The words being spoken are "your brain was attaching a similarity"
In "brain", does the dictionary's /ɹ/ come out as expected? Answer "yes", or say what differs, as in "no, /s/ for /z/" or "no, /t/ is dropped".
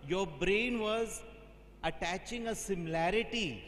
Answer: yes